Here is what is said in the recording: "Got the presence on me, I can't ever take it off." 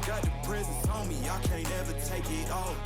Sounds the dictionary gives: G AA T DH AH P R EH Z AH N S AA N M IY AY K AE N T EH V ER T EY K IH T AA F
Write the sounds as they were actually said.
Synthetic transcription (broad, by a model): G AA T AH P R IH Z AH S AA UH M IY AY K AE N EH V ER T EY K IH T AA